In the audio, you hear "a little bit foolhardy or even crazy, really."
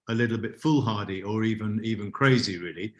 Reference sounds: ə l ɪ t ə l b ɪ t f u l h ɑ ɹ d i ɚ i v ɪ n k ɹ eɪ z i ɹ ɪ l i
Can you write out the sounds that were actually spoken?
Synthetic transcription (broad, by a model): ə l ɪ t l b ɪ t f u l h ɑ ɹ d i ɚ i v ɪ n k ɹ eɪ z i ɹ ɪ l i